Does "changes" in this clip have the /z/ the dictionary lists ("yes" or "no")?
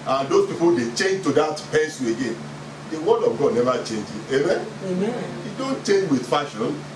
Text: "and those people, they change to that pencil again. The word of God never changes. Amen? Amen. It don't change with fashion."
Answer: no